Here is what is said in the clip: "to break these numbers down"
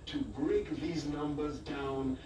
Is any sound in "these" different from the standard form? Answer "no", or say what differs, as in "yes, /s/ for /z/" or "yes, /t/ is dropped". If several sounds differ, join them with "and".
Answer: no